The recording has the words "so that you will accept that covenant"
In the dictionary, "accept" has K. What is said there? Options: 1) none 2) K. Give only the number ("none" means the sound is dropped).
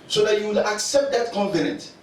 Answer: 2